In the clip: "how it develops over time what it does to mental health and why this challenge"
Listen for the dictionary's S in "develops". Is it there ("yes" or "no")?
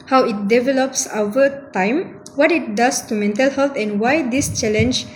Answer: yes